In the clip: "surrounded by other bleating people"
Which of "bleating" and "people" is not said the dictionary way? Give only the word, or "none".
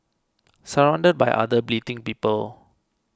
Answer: none